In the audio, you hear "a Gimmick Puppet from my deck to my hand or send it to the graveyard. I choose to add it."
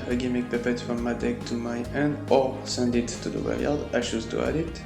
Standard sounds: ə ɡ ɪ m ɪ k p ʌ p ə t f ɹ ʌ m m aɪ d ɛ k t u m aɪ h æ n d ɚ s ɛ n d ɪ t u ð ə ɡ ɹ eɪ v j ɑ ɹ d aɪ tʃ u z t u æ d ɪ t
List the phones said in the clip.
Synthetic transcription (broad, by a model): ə ɡ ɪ m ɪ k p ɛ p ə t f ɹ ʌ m m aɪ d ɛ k t u m aɪ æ n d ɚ s ɛ n d ɪ t u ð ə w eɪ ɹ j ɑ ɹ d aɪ ʃ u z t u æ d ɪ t